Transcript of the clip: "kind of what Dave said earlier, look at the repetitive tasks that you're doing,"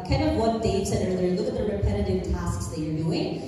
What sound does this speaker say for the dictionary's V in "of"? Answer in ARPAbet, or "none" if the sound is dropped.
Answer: V